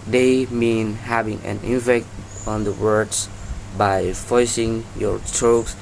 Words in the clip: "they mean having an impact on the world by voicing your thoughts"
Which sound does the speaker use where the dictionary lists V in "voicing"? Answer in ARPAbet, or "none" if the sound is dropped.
F